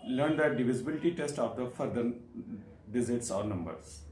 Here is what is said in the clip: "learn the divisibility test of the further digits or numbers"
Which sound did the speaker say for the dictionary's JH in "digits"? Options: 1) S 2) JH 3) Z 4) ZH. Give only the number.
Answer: 3